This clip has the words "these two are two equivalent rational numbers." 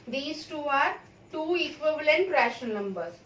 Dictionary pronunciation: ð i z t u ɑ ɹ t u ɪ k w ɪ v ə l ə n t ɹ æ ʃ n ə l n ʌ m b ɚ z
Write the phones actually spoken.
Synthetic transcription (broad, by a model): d i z t u ɑ ɹ t u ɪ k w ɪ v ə l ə n t ɹ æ ʃ ə n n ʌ m b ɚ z